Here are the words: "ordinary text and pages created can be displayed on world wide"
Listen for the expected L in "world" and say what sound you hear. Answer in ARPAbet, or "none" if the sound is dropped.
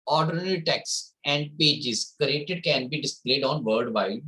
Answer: none